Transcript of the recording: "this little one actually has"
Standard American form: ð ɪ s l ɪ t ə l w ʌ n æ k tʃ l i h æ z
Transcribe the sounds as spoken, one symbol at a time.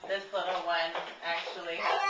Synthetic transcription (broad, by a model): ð ɪ s l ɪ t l w ʌ n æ k tʃ i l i